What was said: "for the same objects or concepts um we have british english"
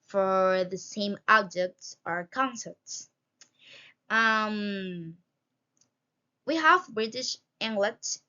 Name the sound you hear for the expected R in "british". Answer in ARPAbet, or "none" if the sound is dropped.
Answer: R